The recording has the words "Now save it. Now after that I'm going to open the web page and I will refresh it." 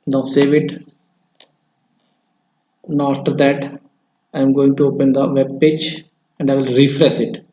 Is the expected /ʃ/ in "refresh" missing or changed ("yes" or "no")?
yes